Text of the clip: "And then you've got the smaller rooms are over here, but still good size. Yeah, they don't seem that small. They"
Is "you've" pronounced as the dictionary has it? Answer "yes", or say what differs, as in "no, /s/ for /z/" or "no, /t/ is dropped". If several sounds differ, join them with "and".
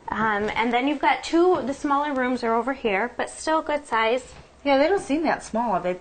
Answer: yes